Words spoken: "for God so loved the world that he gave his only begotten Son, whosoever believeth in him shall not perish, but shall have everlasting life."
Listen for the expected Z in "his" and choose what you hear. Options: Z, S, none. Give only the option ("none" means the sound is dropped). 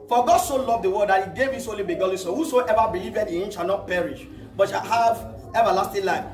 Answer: S